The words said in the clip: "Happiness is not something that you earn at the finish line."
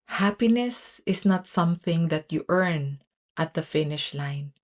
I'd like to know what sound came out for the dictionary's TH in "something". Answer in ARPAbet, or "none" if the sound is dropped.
TH